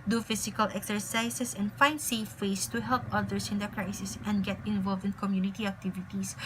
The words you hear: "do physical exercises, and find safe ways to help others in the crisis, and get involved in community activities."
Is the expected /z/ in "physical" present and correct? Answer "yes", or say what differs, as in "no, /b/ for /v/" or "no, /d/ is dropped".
no, /s/ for /z/